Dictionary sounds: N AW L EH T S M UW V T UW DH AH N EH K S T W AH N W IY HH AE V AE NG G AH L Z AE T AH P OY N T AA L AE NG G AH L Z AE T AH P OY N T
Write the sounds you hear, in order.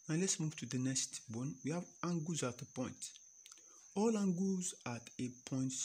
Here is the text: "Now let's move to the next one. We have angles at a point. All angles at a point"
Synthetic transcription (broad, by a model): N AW L EH T S M UW V T UW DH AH N EH K S T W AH N W IY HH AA V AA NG G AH Z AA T AH P OY N T AA L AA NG G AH Z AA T AH P OY N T